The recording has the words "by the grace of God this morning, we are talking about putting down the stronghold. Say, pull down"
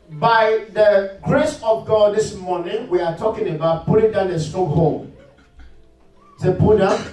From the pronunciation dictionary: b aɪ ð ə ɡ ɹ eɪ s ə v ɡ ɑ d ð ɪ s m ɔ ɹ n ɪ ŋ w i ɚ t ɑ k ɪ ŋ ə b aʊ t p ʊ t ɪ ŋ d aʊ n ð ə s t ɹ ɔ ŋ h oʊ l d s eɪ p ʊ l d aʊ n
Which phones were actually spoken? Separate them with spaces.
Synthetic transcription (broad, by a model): b aɪ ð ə ɡ ɹ eɪ s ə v ɡ ɑ d ð ɪ s m ɔ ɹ n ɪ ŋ w i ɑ t ɑ k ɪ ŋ ə b aʊ t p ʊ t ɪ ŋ d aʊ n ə s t ɔ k h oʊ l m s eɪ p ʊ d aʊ